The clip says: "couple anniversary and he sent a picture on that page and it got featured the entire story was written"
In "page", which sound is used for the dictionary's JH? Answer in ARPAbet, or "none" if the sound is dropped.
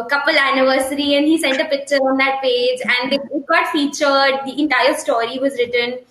JH